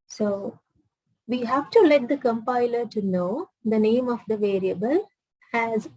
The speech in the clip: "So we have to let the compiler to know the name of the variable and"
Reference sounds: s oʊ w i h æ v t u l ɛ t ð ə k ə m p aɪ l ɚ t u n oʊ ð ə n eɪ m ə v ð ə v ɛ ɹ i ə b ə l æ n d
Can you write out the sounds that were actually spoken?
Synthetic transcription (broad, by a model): s oʊ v i h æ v t u l ɛ t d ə k ə m p aɪ l ɚ t u n oʊ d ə n eɪ m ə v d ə v ɛ ɹ i ə b ə l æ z